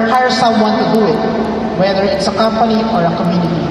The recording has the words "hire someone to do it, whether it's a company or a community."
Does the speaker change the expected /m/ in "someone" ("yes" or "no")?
yes